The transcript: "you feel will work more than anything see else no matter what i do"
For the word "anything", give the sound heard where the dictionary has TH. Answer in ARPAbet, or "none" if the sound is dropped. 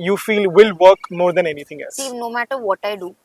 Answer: T